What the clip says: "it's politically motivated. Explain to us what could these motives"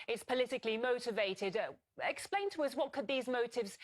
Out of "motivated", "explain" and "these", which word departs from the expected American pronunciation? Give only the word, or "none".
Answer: none